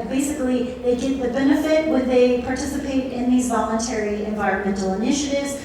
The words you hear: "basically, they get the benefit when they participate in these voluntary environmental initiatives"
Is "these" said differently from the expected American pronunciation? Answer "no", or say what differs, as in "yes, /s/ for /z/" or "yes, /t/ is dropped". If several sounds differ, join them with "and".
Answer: no